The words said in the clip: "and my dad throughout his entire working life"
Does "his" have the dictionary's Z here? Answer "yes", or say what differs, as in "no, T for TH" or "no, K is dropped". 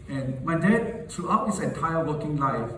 no, S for Z